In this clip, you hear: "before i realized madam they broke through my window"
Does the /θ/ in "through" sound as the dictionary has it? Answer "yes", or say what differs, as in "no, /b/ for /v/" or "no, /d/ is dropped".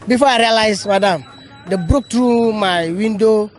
no, /t/ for /θ/